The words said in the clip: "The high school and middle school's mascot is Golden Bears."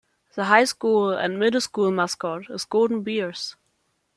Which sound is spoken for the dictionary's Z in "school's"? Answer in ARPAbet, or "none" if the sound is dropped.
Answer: none